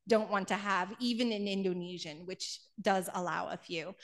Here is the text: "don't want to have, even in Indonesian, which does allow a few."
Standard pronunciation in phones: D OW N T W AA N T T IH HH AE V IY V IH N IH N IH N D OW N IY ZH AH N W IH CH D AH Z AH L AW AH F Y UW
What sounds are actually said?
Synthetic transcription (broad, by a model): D OW N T W AA N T T IH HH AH V IY V IH N IH N IH N D OW N IY ZH AH N W IH CH D AH Z AH L AW AH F Y UW